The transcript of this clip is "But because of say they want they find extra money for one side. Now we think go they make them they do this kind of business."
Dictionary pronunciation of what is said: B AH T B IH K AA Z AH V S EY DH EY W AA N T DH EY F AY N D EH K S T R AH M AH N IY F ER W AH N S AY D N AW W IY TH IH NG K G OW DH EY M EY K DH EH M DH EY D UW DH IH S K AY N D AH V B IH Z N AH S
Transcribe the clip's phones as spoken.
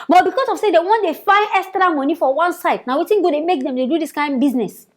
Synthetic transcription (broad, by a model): B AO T B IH K AA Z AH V S EY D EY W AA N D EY F AY N D EH K S T R AH M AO N IY F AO W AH N S AY D N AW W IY T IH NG G OW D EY M EY K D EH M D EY D UW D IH S K AY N B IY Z N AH S